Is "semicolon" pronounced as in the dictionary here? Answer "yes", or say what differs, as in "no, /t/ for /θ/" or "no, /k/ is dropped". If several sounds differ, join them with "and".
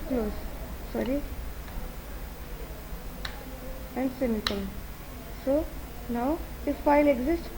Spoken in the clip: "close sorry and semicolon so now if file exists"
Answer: no, /l/ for /n/